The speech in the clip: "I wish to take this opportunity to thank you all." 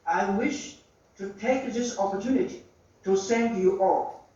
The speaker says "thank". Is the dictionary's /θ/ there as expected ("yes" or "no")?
no